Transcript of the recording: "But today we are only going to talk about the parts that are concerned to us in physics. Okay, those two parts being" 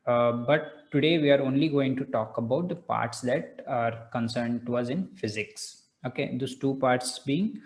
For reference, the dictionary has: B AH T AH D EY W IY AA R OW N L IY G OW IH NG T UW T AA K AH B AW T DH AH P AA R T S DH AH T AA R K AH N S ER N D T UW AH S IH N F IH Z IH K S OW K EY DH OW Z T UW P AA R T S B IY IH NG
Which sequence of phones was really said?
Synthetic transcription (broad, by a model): B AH T AH D EY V IY AA R OW N L IY G OW IH NG T UW T AA K AH B AW T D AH P AA R T S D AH T AA R K AH N S ER N D T UW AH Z IH N F IH Z IH K S OW K EY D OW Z T UW P AA R T S B IY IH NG